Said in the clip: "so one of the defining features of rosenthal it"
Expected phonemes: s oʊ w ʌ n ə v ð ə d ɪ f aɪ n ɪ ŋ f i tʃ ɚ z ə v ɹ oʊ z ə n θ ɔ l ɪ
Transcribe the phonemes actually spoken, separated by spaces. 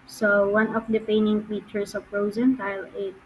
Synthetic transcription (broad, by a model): s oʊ w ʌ n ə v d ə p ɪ ɪ n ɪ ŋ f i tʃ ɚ s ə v ɹ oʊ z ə n t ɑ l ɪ